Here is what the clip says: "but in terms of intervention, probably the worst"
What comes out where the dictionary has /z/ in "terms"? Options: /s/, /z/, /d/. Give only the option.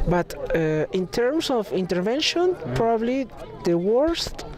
/s/